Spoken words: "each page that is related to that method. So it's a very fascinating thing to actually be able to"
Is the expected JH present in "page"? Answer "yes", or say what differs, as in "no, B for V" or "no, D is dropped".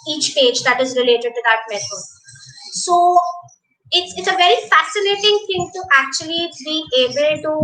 yes